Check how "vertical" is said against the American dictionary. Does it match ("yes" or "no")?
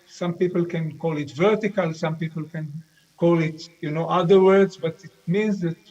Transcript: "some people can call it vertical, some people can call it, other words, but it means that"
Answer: yes